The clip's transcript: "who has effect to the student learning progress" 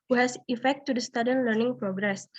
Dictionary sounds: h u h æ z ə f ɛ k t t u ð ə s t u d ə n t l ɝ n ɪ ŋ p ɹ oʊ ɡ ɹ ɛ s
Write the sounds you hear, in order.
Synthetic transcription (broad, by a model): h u h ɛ s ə f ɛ k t t u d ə s t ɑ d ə n l ɝ n ɪ ŋ p ɹ oʊ ɡ ɹ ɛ s